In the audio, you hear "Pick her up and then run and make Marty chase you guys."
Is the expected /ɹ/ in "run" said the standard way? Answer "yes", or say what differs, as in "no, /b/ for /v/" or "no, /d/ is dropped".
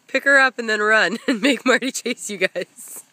yes